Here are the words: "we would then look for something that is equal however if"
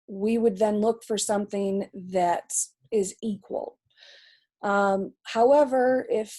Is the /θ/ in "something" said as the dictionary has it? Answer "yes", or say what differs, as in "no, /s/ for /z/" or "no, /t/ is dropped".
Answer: yes